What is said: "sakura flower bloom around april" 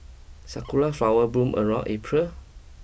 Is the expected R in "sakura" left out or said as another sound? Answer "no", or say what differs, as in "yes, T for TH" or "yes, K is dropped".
yes, L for R